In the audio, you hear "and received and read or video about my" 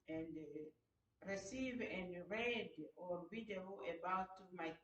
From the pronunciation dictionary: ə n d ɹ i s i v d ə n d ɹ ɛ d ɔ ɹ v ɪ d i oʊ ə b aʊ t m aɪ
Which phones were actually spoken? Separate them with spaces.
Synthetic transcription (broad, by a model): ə n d ɹ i s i v ə n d ɹ ɛ d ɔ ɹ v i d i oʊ ə b aʊ t m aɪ